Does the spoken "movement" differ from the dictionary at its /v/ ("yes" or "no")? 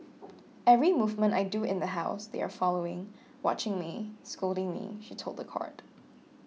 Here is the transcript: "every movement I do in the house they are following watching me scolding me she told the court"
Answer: no